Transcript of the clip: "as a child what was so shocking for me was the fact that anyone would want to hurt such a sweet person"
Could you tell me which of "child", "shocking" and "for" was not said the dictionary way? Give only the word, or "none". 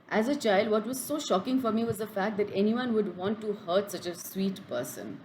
none